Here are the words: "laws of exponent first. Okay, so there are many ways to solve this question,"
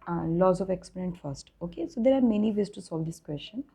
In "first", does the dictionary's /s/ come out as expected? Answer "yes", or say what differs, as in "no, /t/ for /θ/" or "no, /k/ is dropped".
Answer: yes